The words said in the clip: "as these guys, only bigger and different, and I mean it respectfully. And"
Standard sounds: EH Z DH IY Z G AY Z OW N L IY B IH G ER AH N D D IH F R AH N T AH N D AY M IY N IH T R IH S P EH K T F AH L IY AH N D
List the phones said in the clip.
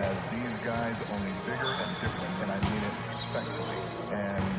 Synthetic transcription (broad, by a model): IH Z DH IY Z G AY Z OW N L IY B IH G ER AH N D D IH F R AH N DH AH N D AY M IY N IH T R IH S P EH K T F L IY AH N